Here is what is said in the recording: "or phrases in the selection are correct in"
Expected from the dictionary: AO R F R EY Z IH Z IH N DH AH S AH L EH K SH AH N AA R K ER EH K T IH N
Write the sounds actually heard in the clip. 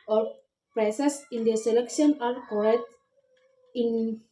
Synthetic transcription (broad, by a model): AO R P R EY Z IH S IH N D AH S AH L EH K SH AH N AA R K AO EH T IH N